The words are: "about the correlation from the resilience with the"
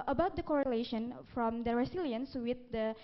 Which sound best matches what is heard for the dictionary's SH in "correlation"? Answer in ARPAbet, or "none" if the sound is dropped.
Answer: SH